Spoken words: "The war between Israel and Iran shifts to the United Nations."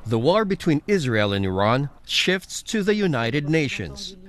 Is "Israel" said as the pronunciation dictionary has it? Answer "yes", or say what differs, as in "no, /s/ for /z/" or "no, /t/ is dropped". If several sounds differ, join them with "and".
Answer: yes